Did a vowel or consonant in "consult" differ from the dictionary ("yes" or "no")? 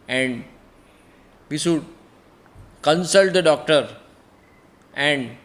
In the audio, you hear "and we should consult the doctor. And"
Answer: no